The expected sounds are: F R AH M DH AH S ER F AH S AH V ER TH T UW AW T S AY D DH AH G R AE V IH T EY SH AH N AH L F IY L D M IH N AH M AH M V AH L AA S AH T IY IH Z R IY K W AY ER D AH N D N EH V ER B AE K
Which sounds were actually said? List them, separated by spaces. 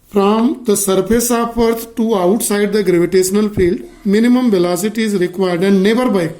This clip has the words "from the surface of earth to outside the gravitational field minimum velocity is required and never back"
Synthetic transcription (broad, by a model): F R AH M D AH S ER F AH S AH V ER T T UW AW T S AY D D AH G R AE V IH T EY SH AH N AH L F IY L D M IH N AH M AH M V AH L AA S AH T IY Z R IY K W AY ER D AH N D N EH B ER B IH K